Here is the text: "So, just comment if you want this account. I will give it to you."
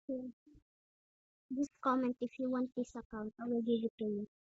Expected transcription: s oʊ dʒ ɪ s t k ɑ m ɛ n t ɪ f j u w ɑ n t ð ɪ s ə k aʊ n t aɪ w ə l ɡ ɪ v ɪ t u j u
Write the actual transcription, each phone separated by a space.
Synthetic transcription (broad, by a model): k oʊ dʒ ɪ s k ɑ m ɛ n t ɪ f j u w ɑ n t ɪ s ə k aʊ n t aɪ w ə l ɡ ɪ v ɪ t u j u